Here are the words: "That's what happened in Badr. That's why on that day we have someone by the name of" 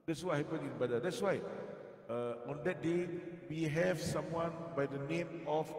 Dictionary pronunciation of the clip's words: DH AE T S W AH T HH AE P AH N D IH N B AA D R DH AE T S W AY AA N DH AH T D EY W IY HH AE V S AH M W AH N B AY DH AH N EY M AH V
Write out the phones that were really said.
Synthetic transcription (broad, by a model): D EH T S W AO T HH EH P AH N IH N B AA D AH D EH T S W AY AA N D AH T D EY W IY HH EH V S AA M W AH N B AY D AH N EY M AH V